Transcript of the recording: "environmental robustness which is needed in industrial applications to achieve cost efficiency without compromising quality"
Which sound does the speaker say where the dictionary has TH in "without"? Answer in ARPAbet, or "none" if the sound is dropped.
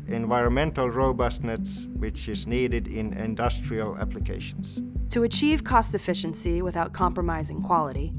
TH